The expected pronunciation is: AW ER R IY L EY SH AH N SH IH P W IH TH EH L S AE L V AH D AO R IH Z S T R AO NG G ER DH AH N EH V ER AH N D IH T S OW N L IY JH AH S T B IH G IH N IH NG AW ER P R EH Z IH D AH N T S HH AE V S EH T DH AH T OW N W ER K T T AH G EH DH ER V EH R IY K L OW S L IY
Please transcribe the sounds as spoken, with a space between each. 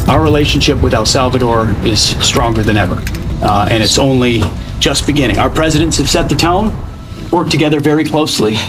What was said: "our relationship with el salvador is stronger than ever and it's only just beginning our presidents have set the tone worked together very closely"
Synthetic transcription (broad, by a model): AW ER R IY L EY SH N SH IH P W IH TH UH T S AE L V AH D AO R IH Z S T R AO NG G ER DH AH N EH V ER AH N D IH T S OW N L IY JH AH S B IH G IH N IH NG AW ER P R EH Z IH D AH N T S HH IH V S EH T DH AH T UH N W ER K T T AH G EH DH ER V EH R IY K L OW S L IY